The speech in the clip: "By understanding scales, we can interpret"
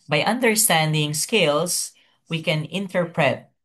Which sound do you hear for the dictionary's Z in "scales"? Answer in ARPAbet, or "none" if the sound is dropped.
S